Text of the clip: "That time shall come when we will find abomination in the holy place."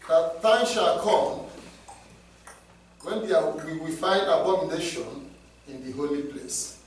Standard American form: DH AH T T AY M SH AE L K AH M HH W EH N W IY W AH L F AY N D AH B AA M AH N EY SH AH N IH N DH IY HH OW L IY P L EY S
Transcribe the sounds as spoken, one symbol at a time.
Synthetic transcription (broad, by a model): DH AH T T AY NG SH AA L K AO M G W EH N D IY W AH W F AY N D AH B AA M AH N EY SH AH N IH N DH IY HH OW L IY P L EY S